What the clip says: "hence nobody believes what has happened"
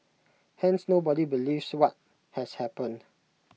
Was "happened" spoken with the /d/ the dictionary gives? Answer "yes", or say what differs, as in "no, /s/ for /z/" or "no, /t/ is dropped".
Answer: no, /d/ is dropped